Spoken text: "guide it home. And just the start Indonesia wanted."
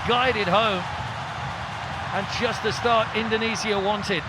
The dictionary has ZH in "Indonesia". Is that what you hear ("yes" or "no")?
no